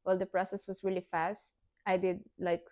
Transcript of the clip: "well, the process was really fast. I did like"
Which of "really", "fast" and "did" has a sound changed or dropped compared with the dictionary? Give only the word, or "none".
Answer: none